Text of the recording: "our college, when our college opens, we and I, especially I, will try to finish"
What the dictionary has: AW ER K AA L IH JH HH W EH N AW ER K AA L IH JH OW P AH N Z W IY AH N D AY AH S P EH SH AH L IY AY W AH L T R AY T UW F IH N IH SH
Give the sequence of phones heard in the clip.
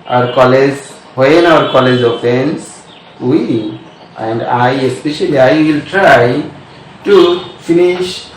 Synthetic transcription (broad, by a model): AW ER K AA L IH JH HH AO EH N AW ER K AA L IH JH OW F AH N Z W IY AH N D AY AH S P EH SH AH L IY AY W AH L T R AY T UW F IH N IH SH